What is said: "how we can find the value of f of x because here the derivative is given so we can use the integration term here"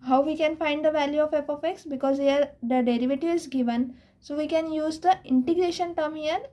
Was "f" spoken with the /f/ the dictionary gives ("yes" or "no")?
no